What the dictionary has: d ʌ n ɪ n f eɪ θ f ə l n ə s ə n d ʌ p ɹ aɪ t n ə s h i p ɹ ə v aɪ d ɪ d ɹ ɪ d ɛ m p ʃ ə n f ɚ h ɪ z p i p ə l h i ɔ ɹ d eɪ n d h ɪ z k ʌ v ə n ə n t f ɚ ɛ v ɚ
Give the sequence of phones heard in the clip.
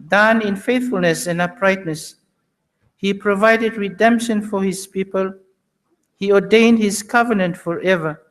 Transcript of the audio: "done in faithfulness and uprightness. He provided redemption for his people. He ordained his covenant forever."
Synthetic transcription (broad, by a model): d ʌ n ɪ n f eɪ θ f ə l n ə s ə n ʌ p ɹ aɪ t n ə s h i p ɹ ə v aɪ d ɪ d ɹ ɪ d ɛ m p ʃ ə n f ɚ h ɪ z p i p ə l h i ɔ d eɪ n d h ɪ z k ʌ v ə n ə n t f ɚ ɛ v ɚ